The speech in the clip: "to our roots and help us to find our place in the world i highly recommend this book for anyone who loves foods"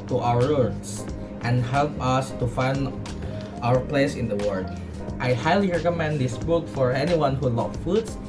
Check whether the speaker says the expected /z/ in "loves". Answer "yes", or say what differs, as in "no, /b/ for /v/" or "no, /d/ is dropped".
no, /z/ is dropped